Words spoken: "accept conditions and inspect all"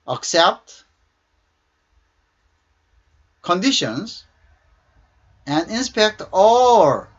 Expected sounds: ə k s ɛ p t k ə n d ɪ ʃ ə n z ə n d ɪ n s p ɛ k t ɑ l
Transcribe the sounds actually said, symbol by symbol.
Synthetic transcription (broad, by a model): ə k s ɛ p t k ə n d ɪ ʃ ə n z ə n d ɪ n s p ɛ k t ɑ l